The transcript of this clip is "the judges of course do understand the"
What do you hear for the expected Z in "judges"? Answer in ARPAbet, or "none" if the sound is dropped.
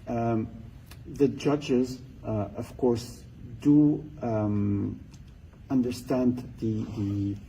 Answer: Z